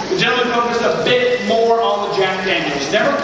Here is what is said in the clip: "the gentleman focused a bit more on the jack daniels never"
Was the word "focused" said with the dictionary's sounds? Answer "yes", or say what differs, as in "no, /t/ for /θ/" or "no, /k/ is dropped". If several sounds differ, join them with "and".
no, /t/ is dropped